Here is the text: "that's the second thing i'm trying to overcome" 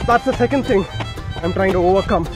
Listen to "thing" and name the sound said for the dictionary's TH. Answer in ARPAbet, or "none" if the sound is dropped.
TH